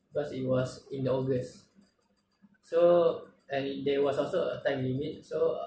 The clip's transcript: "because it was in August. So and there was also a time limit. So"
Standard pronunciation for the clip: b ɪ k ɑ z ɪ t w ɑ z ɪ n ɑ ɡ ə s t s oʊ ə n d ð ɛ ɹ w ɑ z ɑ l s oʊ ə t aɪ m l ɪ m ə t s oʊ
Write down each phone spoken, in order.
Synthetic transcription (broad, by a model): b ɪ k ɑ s ɪ t w ɑ s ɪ n ɑ ɡ ə s t s oʊ ə n d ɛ w ɑ s ɑ l s oʊ ə t aɪ m w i m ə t s oʊ